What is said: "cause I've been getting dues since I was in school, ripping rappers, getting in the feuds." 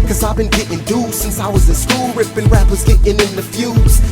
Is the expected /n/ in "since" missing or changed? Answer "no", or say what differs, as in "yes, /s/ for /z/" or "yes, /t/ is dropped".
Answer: no